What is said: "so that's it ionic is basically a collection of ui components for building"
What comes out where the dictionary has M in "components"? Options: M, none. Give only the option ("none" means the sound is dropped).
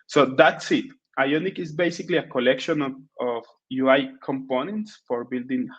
M